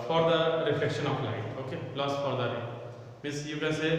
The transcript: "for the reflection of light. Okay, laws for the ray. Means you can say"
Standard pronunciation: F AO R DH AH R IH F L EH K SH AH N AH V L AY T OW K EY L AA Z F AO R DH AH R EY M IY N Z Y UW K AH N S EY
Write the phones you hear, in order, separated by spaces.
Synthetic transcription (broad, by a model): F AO R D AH R IH F L EH K SH AH N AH F L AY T OW K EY L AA S F AO R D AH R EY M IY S Y UW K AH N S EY